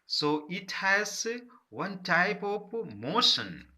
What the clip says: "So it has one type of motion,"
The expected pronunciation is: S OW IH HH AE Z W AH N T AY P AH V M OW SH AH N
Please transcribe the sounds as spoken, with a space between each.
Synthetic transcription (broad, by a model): S OW IH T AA S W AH N T AY P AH P M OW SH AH N